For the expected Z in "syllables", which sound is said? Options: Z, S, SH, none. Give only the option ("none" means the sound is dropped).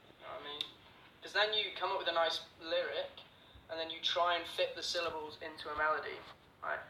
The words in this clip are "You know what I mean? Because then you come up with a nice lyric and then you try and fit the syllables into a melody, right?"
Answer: Z